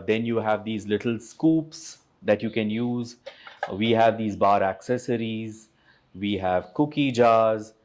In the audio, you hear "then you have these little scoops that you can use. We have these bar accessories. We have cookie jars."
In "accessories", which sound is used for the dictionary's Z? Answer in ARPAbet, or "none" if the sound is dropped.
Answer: Z